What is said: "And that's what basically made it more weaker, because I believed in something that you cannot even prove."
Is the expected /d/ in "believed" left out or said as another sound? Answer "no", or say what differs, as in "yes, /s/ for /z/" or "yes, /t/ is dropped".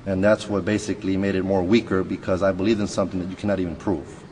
yes, /d/ is dropped